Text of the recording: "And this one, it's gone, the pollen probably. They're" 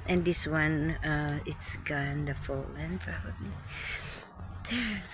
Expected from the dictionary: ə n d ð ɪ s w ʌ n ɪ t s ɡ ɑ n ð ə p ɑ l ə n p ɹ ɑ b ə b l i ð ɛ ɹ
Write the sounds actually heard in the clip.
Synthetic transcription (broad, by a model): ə n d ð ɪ s w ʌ n ɪ t s ɡ ɑ n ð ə f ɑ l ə n p ɹ ɑ b ə b l i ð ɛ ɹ